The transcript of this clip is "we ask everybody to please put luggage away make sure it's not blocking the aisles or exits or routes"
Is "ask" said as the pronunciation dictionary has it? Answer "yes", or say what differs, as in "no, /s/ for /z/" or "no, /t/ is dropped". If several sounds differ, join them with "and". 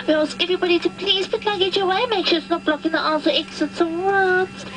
no, /k/ is dropped